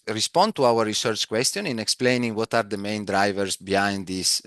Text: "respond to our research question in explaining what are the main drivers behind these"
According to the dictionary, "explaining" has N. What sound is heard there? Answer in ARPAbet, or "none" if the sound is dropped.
N